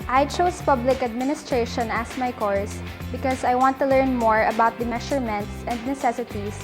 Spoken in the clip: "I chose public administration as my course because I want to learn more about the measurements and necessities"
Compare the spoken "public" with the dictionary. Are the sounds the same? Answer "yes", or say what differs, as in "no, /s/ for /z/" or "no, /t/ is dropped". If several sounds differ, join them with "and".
yes